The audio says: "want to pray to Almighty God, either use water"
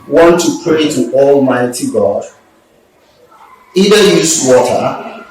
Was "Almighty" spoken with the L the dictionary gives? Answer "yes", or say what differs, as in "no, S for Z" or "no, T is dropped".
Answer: yes